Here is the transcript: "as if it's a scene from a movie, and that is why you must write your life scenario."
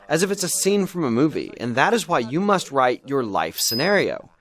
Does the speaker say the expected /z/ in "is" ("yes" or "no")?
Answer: yes